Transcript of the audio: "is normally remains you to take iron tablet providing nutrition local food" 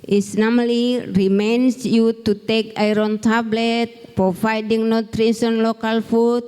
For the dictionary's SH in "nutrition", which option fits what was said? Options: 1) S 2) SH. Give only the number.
1